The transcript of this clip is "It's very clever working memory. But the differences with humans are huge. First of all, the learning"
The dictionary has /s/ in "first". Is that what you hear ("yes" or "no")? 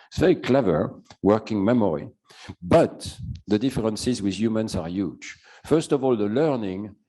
yes